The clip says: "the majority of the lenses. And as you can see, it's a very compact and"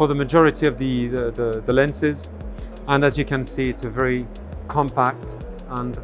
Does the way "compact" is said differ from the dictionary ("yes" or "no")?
no